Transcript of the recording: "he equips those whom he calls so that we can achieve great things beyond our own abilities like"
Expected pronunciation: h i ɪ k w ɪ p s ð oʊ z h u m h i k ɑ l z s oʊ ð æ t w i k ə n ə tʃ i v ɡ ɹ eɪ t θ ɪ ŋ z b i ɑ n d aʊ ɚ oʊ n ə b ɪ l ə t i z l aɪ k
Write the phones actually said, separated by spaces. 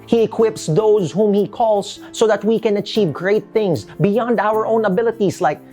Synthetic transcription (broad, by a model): h i ɪ k w ɪ p s ð oʊ z h u m h i k ɑ l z s oʊ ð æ t w i k ə n ə tʃ i v ɡ ɹ eɪ t θ ɪ ŋ z b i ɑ n d aʊ ɚ oʊ n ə b ɪ l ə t i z l aɪ k